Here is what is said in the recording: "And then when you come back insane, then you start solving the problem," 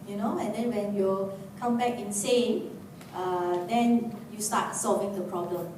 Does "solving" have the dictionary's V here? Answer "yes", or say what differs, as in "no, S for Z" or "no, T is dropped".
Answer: yes